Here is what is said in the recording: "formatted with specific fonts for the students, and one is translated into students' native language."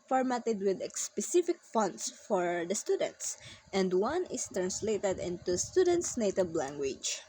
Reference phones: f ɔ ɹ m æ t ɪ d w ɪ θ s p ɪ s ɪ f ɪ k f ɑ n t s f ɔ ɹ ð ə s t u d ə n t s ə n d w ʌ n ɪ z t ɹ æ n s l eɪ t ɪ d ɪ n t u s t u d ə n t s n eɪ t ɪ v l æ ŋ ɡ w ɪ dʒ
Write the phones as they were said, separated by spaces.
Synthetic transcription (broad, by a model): f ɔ ɹ m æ t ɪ d w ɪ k s p ɪ s ɪ f ɪ k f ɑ n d s f ɔ ɹ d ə s t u d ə n t s ə n d w ʌ n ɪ s t ɹ æ n s l eɪ t ɪ d ɪ n t u s t u d ə n t s n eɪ t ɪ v l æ ŋ ɡ w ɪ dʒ